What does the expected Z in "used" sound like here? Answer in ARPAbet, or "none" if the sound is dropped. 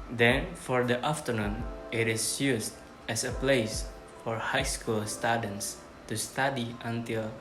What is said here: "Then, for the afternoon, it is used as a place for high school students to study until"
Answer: S